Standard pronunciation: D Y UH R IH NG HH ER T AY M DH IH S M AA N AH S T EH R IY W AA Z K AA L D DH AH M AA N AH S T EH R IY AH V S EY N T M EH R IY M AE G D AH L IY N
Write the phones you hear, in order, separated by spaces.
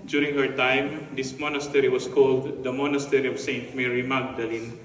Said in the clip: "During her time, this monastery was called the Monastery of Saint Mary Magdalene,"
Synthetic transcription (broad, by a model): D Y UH R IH NG HH ER T AY M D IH S M AA N AH S T EH R IY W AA S K AA L D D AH M AA N AH S T EH R IY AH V S EY N T M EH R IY M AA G D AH L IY N